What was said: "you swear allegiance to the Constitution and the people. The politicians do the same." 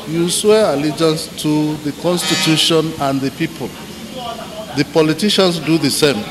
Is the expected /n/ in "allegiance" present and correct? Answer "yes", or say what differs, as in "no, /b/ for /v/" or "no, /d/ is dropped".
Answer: yes